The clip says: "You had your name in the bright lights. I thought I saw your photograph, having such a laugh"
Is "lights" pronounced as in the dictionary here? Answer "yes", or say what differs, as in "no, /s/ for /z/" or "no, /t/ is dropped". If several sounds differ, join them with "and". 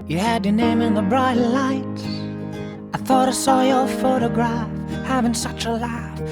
no, /s/ is dropped